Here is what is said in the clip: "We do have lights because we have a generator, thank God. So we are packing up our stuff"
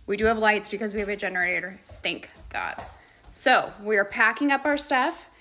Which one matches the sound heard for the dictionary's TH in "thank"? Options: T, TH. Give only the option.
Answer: TH